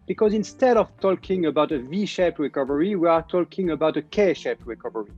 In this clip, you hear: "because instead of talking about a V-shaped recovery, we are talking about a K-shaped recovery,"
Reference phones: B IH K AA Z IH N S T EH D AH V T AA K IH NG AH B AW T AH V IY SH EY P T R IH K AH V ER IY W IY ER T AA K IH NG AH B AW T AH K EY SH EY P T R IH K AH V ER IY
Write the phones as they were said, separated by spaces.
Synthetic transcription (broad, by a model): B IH K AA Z IH N S T EH D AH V T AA K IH NG AH B AW T AH V IY SH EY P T R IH K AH V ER IY W IY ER T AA K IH NG AH B AW T AH K EY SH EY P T R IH K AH V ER IY